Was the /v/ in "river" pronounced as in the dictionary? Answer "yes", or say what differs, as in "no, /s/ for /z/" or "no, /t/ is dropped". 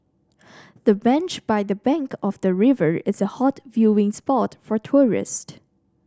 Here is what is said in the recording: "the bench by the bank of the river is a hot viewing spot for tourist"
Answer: yes